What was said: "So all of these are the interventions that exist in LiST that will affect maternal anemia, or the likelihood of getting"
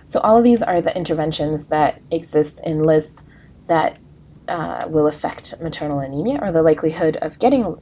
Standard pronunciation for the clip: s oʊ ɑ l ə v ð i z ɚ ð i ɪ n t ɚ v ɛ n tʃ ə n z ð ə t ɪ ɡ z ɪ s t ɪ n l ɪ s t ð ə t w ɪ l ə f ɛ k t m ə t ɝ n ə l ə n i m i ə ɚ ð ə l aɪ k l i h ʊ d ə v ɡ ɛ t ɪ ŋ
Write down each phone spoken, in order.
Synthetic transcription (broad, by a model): s oʊ ɑ l ə v ð i z ɚ ð i ɪ n t ɚ v ɛ n ʃ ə n z ð ə t ɪ ɡ z ɪ s t ɪ n l ɪ s t ð ə t w ɪ l ə f ɛ k t m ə t ɝ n l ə n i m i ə ɚ ð ə l aɪ k l i h ʊ d ə v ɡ ɛ t ɪ ŋ